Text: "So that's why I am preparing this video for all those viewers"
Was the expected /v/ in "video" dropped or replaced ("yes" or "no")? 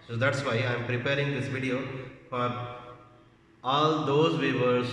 no